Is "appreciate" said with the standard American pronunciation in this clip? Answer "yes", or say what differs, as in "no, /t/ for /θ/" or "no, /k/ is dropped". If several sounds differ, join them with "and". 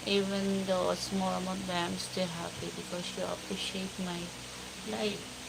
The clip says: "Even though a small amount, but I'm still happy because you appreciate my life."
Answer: no, /ɹ/ is dropped